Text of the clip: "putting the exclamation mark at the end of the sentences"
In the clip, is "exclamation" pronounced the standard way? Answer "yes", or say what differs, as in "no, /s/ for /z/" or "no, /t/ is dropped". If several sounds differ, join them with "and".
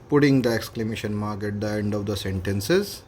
yes